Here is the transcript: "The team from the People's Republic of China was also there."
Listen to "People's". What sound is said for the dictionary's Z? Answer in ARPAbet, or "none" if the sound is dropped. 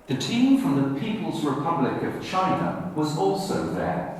Z